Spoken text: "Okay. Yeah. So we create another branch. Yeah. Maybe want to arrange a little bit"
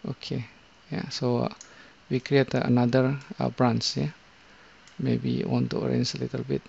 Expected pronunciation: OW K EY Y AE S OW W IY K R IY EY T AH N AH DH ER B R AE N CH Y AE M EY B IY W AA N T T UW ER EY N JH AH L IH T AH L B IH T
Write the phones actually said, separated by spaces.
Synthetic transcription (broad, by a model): OW K EY Y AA S OW W IY K R IY EY T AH N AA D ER B R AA N S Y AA M EY B IY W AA N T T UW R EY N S AH L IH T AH L B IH T